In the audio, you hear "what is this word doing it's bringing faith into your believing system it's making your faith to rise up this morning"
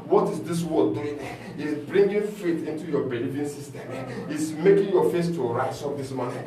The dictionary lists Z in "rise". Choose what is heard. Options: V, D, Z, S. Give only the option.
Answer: S